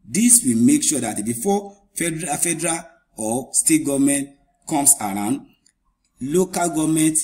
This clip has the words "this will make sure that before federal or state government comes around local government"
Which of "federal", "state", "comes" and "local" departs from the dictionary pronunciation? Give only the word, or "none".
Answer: comes